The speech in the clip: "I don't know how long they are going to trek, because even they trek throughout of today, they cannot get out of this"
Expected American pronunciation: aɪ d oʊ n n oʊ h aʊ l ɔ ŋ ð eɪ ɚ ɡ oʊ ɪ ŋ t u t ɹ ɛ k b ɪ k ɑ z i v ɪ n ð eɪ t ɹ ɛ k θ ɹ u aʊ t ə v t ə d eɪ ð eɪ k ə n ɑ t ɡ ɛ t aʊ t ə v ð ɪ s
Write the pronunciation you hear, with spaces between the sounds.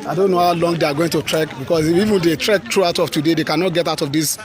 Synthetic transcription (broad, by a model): aɪ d oʊ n n oʊ h aʊ l ɔ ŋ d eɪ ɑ ɡ oʊ ɪ ŋ t u t ɹ ɛ k b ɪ k ɑ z i v ɪ n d eɪ t ɹ ɛ k t ɹ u aʊ t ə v t ə d eɪ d eɪ k ə n ɑ t ɡ ɛ t aʊ t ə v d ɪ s